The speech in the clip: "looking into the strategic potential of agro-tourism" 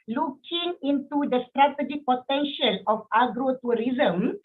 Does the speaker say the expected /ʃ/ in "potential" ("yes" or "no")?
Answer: yes